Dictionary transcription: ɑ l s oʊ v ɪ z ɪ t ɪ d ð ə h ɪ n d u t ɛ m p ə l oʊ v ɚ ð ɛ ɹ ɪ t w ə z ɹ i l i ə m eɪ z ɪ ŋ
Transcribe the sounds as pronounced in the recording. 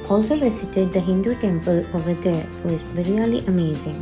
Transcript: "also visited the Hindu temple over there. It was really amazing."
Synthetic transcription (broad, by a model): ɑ l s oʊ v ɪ s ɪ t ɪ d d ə h ɪ n d u t ɛ m p ə l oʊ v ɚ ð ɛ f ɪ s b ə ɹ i l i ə m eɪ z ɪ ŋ